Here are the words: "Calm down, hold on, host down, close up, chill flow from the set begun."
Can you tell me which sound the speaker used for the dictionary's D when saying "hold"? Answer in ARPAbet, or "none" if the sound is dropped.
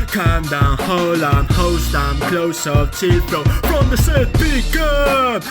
none